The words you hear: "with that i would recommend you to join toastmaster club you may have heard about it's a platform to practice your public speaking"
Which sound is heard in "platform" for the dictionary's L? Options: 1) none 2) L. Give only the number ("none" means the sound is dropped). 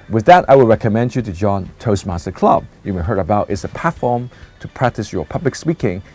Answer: 1